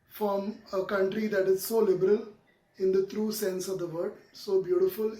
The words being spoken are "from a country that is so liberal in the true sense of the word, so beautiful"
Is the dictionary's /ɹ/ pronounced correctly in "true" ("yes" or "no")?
yes